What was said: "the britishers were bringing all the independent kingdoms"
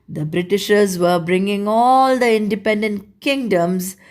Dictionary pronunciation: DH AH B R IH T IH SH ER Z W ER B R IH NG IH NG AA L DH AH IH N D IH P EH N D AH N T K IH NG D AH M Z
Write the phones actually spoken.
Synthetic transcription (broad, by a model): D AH B R IH T IH SH ER Z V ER B R IH NG IH NG AA L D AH IH N D IH P EH N D AH N T K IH NG D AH M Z